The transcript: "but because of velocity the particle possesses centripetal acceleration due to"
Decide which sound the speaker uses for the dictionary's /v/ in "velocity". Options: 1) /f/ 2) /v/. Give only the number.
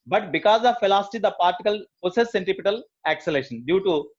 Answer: 1